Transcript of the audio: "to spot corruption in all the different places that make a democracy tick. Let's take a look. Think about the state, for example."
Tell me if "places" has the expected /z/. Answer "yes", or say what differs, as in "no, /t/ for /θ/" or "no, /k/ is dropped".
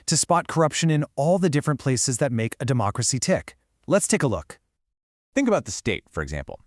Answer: yes